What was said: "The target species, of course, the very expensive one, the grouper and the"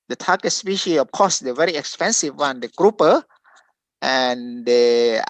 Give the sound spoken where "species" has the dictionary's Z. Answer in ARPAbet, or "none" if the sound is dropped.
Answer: none